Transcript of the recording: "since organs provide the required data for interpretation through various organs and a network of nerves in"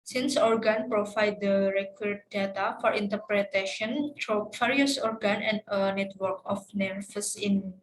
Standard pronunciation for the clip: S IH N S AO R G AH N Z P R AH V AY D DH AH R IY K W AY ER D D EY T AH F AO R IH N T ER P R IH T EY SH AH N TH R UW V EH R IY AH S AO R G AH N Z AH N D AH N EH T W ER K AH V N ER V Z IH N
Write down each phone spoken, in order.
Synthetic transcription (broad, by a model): S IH N S AO R G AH N P R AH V AY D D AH R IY K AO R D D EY T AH F AO R IH N T ER P R IH T EY SH AH N T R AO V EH R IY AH S AO R G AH N AH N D AH N EH T W ER K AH F N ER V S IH N